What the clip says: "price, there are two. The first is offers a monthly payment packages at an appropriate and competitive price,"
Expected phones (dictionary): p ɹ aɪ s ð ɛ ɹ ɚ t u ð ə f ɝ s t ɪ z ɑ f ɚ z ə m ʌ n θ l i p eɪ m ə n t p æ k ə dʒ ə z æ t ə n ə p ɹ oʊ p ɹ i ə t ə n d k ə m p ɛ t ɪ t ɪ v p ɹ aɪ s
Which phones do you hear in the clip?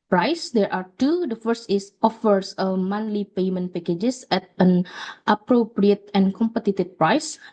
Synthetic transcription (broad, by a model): p ɹ aɪ s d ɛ ɹ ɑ t u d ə f ɝ s t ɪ s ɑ f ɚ s ə m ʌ n l i p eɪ m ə n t p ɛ k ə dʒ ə s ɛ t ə n ə p ɹ oʊ p ɹ i ə t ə n k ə m p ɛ t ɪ t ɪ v p ɹ aɪ s